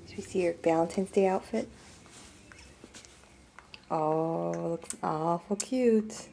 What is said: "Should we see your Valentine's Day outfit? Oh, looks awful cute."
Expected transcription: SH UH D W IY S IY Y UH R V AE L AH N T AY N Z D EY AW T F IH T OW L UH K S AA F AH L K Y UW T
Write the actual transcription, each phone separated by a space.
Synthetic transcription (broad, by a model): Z W IY S IY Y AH R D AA AH N T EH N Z D EY AW T F IH T OW L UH K AA F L K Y UW T